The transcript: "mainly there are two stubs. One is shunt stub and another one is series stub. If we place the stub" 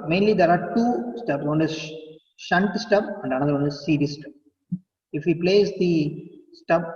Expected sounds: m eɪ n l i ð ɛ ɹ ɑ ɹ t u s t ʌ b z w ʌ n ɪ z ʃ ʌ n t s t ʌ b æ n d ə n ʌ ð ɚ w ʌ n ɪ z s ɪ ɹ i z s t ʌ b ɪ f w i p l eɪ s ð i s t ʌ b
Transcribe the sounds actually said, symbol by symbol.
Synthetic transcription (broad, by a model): m eɪ n l i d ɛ ɹ ɑ ɹ t u s t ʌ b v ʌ n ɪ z ʃ ʌ n t s t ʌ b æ n d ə n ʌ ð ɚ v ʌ n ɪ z s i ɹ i s t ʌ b ɪ f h i p l eɪ s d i s t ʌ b